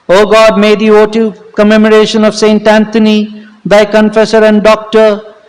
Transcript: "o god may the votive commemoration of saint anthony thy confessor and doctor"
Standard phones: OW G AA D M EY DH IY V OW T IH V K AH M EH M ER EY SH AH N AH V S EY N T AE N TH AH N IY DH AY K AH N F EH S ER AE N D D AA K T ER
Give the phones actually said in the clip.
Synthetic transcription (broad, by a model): OW G AA D M EY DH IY OW T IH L K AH M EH M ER EY SH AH N AH V S EY N T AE N T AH N IY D AY K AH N F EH S ER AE N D D AA K T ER